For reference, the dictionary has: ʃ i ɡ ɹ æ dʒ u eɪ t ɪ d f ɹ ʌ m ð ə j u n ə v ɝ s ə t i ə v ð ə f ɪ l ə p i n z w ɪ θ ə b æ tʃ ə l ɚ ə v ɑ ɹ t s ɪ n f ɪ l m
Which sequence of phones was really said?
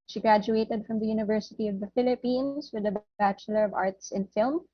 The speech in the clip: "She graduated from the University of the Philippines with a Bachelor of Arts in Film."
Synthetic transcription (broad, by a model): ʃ i ɡ ɹ æ dʒ u eɪ t ɪ d f ɹ ʌ m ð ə j u n ə v ɝ s ə t i ə v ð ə f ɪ l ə p i n s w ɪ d ə b æ tʃ ə l ɚ ə v ɑ ɹ t s ɪ n f ɪ l m